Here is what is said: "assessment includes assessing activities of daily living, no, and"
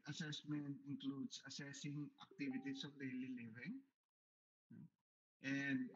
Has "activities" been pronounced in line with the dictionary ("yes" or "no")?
no